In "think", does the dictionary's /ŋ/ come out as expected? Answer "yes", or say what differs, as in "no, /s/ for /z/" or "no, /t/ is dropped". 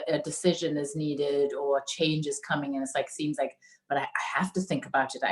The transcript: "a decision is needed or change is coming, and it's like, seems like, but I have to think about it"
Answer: yes